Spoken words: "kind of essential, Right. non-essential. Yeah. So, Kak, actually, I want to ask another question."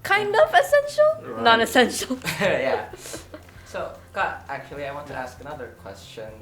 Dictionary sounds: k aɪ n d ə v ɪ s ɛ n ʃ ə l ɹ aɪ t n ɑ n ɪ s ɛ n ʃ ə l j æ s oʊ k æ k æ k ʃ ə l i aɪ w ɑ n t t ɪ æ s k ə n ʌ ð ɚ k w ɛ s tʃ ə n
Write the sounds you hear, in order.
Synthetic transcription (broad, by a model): k aɪ n d ə v ɪ s ɛ n ʃ ə l n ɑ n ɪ s ɛ n ʃ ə l j æ s oʊ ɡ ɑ æ k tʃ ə l i aɪ w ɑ n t t ɪ æ s k ə n ʌ ð ɚ k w ɛ s tʃ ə n